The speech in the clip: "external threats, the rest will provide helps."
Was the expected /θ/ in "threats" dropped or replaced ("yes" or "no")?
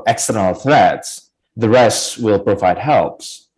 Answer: no